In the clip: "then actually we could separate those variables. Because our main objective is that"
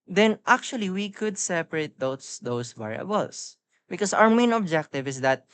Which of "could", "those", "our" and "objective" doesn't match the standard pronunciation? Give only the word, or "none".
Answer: those